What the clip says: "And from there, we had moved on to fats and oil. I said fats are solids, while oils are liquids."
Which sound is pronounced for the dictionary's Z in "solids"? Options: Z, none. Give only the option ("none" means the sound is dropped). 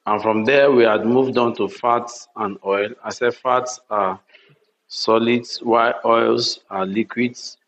none